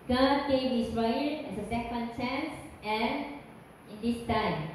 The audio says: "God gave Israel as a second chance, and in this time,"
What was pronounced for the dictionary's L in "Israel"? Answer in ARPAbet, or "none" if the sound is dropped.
N